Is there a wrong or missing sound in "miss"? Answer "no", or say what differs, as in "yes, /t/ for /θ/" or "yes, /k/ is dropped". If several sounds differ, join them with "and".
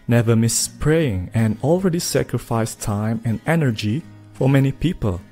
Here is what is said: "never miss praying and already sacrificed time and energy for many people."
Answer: no